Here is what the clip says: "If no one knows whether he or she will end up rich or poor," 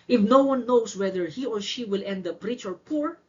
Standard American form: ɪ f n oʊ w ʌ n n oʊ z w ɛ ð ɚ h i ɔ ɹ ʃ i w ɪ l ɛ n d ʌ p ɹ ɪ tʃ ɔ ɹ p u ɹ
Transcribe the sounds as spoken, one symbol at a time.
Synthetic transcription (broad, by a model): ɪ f n oʊ w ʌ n n oʊ s w ɛ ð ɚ h i ɔ ɹ ʃ i w ɪ l ɛ n d ʌ p ɹ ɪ tʃ ɔ ɹ p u ɹ